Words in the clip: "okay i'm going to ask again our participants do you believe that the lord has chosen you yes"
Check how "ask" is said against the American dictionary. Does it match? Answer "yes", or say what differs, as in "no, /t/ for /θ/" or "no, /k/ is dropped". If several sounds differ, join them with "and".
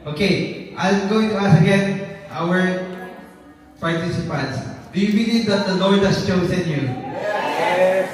no, /k/ is dropped